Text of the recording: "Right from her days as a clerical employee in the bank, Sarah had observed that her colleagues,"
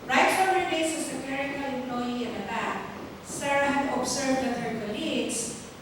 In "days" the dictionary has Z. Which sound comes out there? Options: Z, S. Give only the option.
S